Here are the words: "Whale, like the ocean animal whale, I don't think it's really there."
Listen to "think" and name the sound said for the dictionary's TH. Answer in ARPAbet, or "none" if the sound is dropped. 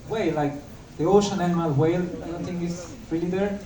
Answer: T